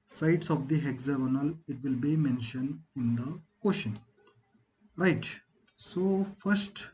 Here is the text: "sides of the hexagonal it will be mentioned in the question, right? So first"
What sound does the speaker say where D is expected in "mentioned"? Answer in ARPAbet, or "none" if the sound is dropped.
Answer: D